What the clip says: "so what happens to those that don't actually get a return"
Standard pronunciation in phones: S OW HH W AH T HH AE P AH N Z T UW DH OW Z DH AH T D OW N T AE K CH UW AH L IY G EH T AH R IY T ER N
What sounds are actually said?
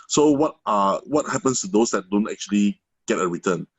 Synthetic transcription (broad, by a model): S OW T W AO T HH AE P AH N S T UW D OW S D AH T D OW N T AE K CH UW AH L IY G EH T AH R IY T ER N